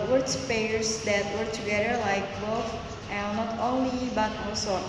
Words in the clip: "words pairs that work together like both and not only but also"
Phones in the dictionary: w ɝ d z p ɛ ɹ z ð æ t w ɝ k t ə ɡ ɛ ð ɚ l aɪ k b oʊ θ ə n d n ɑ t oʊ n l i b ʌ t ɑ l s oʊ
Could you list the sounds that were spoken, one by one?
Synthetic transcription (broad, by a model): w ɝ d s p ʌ ɹ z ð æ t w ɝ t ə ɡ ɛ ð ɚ l aɪ k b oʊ f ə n n ɑ t oʊ n l i b ʌ t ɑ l s oʊ